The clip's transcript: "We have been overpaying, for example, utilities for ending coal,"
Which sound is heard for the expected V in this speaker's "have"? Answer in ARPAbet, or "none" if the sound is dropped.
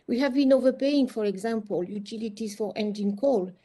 V